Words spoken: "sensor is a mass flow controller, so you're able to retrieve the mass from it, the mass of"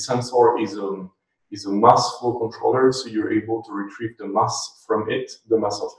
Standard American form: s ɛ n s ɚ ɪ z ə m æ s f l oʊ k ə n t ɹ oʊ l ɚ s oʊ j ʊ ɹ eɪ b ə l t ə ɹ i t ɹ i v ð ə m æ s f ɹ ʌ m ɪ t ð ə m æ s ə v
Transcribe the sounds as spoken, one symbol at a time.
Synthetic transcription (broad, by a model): s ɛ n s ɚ ɪ z ə m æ s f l k ə n t ɹ oʊ l ɚ s oʊ j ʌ ɹ eɪ b ə l t ə ɹ i t ɹ i v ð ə m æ s f ɹ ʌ m ɪ t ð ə m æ s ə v